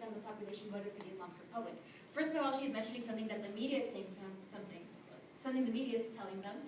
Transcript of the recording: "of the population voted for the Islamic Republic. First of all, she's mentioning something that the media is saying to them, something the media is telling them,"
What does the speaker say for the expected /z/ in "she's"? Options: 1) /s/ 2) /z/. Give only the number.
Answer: 2